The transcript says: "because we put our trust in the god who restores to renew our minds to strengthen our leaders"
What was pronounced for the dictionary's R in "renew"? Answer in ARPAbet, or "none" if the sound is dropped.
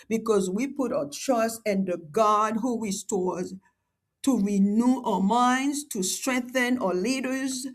R